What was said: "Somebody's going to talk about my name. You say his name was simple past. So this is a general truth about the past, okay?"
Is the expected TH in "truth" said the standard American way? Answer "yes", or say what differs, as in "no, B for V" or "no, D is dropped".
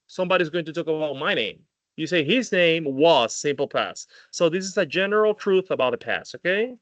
yes